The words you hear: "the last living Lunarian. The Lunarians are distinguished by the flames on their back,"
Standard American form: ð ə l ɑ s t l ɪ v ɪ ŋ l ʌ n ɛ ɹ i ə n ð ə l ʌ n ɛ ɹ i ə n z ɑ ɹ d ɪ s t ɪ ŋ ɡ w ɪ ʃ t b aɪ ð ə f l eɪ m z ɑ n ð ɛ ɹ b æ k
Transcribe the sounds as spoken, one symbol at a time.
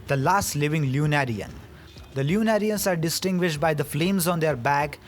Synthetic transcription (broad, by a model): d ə l ɑ s t l ɪ v ɪ ŋ l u n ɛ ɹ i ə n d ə l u n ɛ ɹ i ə n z ɑ ɹ d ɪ s t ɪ ŋ ɡ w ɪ ʃ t b aɪ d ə f l eɪ m z ɑ n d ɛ ɹ b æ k